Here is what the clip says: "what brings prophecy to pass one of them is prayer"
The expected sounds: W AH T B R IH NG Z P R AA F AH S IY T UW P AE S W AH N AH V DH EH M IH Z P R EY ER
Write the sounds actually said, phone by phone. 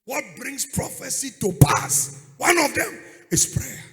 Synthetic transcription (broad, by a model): W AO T B R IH NG S P R AA F AH S IY T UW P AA S W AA N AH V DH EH M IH S P R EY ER